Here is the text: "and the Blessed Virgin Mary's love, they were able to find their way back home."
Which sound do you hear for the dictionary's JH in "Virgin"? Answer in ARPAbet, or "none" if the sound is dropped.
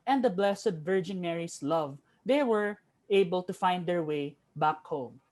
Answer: JH